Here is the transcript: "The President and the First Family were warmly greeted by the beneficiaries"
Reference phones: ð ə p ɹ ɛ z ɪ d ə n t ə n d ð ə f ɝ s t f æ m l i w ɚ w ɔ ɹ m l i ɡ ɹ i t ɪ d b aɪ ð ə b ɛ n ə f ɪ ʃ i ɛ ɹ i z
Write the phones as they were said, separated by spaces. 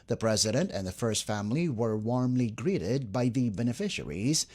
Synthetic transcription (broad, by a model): ð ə p ɹ ɛ z ɪ d ə n t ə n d ð ə f ɝ s t f æ m l i w ɚ w ɔ ɹ m l i ɡ ɹ i t ɪ d b aɪ ð ə b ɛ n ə f ɪ ʃ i ɹ i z